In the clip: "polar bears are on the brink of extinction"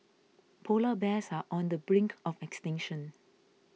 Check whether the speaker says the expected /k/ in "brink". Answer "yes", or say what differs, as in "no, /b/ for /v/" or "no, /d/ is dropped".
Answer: yes